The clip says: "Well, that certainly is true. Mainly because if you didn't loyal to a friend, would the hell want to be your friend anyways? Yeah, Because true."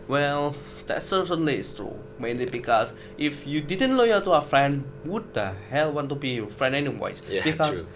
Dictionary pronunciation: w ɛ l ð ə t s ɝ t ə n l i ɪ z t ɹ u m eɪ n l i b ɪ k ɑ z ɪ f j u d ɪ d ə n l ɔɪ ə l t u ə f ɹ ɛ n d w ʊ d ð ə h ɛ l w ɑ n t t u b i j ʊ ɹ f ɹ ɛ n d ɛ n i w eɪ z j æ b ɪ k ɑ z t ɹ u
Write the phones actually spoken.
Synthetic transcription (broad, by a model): w ɛ l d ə t s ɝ s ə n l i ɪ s t ɹ u m eɪ n l i b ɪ k ɑ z ɪ f j u d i d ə n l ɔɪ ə t u ə f ɹ ɛ n d w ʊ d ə h ɛ l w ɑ n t t u b i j f ɹ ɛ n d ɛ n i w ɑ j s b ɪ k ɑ